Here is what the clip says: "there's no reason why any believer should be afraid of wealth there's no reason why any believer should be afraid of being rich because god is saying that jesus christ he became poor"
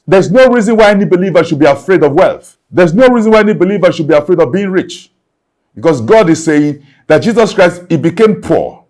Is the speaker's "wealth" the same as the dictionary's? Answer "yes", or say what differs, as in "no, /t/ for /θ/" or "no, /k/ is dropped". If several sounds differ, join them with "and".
yes